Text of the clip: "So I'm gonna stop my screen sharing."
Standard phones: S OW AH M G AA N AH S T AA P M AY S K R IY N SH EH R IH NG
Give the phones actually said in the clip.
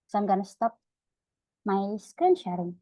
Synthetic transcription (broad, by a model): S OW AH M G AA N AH S T AA P M AY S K IY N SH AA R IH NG